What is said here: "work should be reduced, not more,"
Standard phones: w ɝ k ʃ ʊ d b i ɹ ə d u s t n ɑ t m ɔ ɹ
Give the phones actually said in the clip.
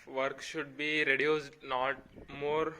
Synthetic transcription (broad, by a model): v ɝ k ʃ ʊ d b i ɹ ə d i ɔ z n ɑ t m ɔ ɹ